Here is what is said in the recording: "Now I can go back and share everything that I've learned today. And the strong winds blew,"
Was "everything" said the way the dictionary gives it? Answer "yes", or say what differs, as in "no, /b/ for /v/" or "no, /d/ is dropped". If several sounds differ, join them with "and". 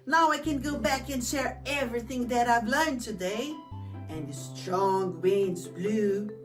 yes